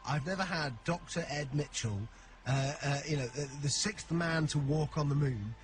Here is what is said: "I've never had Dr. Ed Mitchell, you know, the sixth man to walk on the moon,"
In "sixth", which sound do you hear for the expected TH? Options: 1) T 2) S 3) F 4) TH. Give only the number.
4